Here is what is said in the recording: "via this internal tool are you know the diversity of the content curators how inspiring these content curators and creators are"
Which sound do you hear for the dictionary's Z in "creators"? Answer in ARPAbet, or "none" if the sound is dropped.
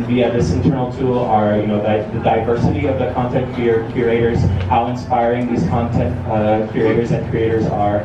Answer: Z